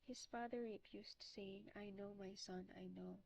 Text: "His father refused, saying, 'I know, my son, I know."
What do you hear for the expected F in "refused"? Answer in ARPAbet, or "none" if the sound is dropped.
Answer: P